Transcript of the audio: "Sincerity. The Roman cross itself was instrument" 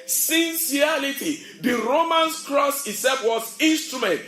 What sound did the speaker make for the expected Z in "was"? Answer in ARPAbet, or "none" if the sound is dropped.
S